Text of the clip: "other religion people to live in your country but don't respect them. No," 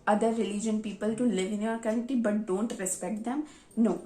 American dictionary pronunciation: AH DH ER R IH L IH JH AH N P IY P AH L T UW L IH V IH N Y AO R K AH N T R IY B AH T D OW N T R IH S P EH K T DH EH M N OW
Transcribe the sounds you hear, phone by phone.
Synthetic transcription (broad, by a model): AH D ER R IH L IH JH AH N P IY P AH L T UW L IH V IH N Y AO R K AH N T IY B AH T D OW N T R IH S P EH K T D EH M N OW